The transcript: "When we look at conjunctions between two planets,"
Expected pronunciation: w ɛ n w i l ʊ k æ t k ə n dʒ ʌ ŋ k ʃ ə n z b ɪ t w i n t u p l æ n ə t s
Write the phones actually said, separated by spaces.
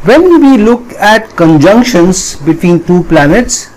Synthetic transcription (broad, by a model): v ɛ n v i l ʊ k æ t k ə n dʒ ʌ ŋ k ʃ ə n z b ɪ t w i n t u p l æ n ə t s